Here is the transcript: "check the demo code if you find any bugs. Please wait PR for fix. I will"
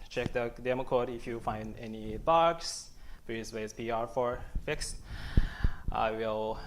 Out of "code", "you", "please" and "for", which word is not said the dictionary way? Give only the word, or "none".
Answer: please